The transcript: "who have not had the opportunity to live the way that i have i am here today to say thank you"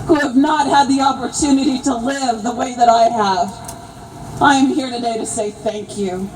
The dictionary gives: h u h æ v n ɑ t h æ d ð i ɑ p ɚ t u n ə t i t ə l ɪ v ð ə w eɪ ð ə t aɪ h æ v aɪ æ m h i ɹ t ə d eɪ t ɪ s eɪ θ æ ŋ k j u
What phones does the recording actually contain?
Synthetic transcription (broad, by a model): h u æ v n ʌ t h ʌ d ð i ɑ p ɚ t u n ə t i t ə l ɪ v ð ə w eɪ ð ə t aɪ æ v aɪ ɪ m h i ɹ t ə d eɪ t ɪ s eɪ θ æ ŋ k j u